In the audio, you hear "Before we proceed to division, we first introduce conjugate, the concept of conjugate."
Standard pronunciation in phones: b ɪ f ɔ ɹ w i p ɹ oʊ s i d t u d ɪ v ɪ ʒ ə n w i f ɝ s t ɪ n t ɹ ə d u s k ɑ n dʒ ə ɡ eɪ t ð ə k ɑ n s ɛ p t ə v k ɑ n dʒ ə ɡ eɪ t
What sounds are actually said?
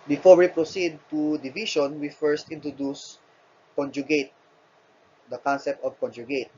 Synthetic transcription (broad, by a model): b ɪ f ɔ ɹ w i p ɹ oʊ s i d t u d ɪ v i ʃ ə n w i f ɝ s t ɪ n t ɹ ə d u s k ɑ n dʒ ə ɡ eɪ t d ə k ɑ n s ɛ p t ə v k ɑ n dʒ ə ɡ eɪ t